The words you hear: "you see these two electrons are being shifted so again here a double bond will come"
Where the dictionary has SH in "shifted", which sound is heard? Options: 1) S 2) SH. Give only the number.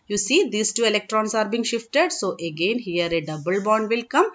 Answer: 2